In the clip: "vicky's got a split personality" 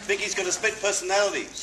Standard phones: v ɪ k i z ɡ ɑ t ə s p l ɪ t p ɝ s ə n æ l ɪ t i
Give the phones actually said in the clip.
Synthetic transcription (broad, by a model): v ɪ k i z ɡ ɑ t ə s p ɪ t p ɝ s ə n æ l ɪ t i